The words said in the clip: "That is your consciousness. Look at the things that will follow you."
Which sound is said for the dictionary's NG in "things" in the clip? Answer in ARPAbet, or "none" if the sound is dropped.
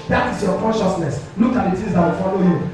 none